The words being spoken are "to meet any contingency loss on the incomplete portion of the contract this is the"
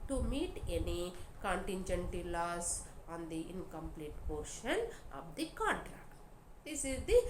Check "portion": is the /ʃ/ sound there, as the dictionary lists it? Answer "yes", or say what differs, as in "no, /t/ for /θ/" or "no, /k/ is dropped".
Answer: yes